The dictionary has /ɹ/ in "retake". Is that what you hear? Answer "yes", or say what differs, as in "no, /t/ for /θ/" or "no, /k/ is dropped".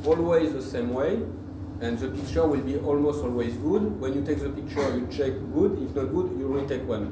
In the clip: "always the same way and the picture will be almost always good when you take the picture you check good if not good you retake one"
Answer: no, /l/ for /ɹ/